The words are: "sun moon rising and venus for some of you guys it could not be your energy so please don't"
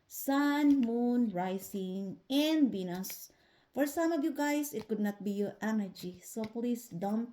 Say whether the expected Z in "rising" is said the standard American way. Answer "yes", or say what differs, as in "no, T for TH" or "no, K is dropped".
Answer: no, S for Z